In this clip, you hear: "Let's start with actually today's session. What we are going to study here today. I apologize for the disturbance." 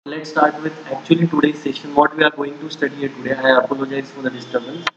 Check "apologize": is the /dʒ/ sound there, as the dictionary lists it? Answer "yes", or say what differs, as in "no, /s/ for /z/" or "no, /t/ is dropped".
yes